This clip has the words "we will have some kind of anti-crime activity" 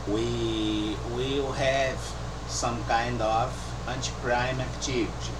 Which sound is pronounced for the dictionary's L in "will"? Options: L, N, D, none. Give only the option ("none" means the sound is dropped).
L